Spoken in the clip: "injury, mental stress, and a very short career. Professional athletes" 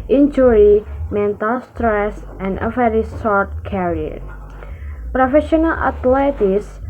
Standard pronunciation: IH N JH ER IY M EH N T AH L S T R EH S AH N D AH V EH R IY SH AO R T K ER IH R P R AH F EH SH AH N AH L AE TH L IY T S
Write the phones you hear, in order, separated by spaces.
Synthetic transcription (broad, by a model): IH N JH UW IY M EH N T AH L S T R EH S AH N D AH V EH R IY S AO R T K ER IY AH P R AH F EH SH AH N AH L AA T L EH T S